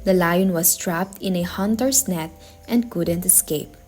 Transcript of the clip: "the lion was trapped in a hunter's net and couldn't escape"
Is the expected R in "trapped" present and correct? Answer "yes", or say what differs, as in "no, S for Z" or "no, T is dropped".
yes